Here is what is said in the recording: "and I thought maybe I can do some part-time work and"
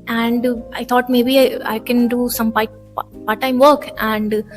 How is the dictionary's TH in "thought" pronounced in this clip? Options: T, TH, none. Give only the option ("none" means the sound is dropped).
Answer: T